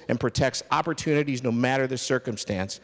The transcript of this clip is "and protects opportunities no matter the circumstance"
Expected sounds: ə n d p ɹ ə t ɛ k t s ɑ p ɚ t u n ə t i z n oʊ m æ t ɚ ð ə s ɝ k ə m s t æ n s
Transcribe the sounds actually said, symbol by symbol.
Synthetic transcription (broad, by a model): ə n p ɹ ə t ɛ k t s ɑ p ɚ t u n ə t i z n oʊ m æ t ɚ ð ə s ɝ k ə m s t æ n s